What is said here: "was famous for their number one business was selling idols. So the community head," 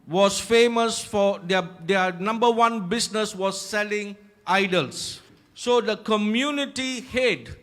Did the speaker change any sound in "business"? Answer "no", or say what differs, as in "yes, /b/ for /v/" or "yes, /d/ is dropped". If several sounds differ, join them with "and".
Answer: yes, /s/ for /z/